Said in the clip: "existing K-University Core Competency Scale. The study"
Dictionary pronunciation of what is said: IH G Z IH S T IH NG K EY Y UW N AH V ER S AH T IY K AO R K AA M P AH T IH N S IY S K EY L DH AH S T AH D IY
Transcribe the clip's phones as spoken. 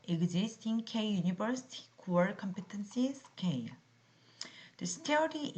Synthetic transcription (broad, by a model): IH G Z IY S T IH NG K EY Y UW N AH B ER S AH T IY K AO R K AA M P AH T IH N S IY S K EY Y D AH S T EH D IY